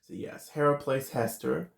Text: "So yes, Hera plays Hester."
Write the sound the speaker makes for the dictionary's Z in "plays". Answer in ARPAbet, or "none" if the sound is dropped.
S